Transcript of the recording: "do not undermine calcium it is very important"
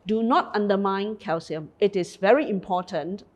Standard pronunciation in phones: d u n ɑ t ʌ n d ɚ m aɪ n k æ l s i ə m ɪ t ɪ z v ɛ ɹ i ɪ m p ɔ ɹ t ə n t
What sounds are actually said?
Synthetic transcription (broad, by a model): d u n ɑ t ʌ n d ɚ m aɪ n k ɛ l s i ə m ɪ t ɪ s v ɛ ɹ i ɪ m p ɔ t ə n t